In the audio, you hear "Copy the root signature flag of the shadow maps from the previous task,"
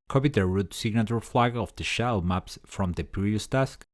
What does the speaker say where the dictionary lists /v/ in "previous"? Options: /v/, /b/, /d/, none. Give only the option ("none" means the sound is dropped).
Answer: none